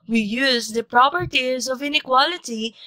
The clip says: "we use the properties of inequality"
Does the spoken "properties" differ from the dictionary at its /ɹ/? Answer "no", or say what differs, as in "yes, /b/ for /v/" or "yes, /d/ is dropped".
no